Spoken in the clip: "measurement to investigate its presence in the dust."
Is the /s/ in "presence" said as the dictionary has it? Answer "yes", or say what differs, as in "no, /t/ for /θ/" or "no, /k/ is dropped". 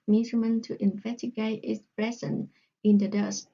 no, /s/ is dropped